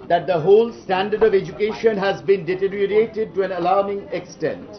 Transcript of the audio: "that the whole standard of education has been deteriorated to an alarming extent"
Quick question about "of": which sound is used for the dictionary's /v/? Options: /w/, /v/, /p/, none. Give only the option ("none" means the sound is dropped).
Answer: /v/